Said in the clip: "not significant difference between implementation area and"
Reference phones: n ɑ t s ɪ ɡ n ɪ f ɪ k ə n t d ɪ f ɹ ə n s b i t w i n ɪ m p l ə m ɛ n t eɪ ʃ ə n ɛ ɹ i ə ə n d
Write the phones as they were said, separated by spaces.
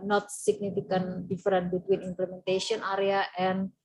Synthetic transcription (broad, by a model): n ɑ t s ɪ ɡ n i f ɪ k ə n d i f ɹ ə n b i t w i n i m p l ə m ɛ n t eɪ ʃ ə n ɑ ɹ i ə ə n